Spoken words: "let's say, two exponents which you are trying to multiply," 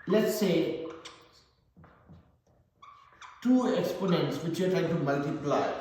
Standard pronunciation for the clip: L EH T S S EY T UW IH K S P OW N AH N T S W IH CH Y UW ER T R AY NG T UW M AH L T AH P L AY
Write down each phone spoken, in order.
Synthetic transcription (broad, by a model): L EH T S S EY T UW IH K S P OW N AH N T S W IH CH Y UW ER T R AY NG T UW M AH L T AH P L AY